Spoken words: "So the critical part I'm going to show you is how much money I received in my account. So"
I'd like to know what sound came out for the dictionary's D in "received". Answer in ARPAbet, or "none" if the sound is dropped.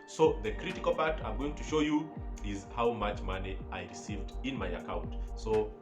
D